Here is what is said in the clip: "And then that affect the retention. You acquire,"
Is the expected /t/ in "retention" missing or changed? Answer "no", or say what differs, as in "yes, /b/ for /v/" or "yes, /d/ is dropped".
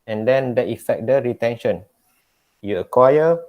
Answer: no